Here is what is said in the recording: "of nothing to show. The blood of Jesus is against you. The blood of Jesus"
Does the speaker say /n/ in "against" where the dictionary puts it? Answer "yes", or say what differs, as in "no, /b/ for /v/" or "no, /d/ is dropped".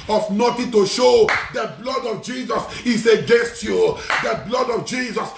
yes